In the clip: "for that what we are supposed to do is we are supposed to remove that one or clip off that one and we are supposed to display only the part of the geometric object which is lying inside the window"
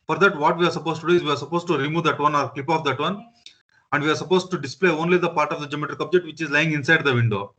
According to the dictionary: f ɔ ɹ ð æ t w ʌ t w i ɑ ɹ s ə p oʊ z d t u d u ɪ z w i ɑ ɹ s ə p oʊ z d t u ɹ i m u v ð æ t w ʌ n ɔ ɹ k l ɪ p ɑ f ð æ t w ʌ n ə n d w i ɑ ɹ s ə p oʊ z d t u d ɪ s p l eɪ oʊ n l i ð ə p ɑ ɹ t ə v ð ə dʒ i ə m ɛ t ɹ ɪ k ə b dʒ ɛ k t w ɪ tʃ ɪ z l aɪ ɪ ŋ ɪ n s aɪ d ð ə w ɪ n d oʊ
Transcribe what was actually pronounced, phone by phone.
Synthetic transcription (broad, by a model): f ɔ ɹ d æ t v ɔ t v i ɑ ɹ s ə p oʊ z t u d u ɪ z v i ɑ ɹ s ə p oʊ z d t u ɹ i m u v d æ t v ʌ n ɔ ɹ k l ɪ p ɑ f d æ t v ʌ n ə n d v i ɑ ɹ s ə p oʊ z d t u d ɪ s p l eɪ oʊ n l i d ə p ɑ ɹ t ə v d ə dʒ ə m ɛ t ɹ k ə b dʒ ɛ t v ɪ tʃ ɪ z l aɪ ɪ ŋ ɪ n s aɪ d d ə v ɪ n d oʊ